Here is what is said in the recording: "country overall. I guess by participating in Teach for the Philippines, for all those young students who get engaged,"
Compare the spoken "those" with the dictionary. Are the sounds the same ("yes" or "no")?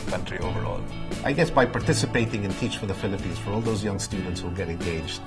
yes